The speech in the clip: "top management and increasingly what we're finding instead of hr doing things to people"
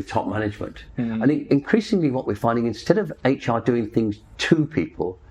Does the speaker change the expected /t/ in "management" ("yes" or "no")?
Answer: no